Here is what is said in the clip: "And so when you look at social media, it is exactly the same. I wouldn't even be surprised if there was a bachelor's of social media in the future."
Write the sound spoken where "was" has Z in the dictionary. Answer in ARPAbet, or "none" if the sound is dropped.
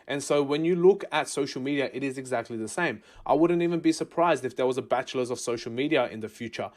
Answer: Z